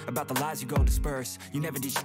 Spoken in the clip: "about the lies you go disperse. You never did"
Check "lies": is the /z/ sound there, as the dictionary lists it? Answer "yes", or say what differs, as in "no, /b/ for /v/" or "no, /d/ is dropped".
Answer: yes